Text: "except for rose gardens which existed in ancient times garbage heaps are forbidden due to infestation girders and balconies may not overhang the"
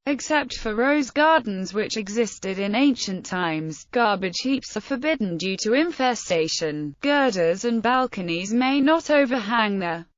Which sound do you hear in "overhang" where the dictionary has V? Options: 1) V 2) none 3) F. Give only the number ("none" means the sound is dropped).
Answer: 1